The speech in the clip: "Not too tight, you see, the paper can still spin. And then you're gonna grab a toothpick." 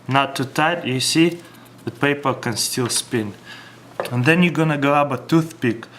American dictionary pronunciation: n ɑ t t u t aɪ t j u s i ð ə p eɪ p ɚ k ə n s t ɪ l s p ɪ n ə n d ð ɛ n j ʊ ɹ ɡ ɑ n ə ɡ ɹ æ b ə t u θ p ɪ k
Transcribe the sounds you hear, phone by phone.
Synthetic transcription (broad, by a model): n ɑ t t u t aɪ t j u s i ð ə p eɪ p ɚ k ə n s t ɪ l s p ɪ n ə n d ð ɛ n j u ɡ ɑ n ə ɡ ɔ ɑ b ə t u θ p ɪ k